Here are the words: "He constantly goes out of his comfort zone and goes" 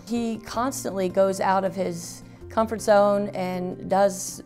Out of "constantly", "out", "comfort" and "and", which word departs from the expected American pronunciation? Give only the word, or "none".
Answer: none